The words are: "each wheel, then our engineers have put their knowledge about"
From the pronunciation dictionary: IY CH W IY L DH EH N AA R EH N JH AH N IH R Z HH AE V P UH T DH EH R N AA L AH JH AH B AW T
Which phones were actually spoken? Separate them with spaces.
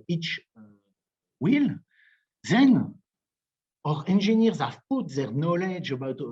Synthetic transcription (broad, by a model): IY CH W IY L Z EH N AA R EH N ZH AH N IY R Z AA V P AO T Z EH R N AA L AH JH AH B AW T